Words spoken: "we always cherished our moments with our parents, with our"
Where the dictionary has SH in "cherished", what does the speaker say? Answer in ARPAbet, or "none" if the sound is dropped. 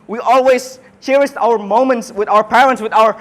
S